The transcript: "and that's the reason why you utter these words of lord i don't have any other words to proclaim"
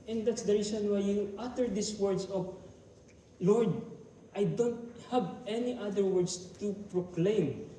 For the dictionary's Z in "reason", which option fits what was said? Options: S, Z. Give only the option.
S